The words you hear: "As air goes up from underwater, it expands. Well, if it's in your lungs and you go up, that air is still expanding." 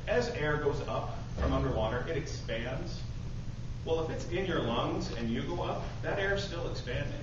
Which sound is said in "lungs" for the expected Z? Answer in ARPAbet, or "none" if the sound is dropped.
Z